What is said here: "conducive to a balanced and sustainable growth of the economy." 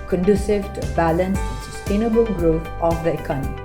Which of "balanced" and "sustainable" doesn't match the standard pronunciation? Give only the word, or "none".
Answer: balanced